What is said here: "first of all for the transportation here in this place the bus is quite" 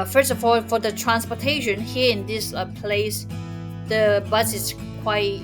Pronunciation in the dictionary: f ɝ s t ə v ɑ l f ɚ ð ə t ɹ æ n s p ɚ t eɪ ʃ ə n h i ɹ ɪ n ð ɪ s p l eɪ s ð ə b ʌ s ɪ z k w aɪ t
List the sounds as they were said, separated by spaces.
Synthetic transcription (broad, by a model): f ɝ s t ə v ɑ l f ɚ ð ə t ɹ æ n s p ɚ t eɪ ʃ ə n h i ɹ ɪ n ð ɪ s p l eɪ s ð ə b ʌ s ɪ s k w aɪ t